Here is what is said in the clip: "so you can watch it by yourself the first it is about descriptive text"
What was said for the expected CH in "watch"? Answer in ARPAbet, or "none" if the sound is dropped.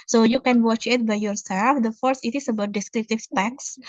CH